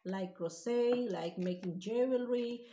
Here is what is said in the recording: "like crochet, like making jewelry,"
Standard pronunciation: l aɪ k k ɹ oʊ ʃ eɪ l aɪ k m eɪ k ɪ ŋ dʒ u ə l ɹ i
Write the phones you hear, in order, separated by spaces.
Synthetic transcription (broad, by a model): l aɪ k k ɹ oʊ s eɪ l aɪ k m eɪ k ɪ ŋ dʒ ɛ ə l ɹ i